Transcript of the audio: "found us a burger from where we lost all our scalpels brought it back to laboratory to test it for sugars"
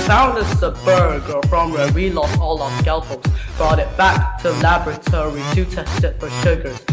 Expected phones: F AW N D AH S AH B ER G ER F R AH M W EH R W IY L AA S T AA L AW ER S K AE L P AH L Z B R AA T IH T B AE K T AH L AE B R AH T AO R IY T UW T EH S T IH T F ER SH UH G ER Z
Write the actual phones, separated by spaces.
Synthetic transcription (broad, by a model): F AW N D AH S AH B ER G ER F R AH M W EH W IY L AA S T AA L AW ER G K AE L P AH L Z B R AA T IH T B AE K T AH L AE B R AH T AO R IY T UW T EH S T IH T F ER SH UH G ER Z